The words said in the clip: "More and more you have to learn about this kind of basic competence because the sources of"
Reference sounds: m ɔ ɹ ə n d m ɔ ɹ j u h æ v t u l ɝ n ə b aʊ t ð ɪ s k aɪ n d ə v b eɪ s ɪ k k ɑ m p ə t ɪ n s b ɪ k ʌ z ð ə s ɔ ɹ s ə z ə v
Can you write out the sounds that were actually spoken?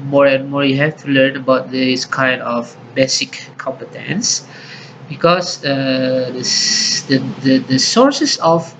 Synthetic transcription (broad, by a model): m ɔ ɹ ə n m ɔ ɹ j u h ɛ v t u l ɝ n ə b aʊ t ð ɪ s k aɪ n d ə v b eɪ s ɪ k k ɑ m p ə t ɪ n s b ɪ k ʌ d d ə s ɔ ɹ s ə s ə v